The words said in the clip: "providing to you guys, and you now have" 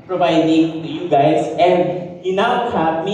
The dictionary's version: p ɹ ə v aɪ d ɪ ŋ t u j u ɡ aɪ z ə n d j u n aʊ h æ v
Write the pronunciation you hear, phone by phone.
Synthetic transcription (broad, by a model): p ɹ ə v aɪ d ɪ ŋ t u j u ɡ aɪ s ə n d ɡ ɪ n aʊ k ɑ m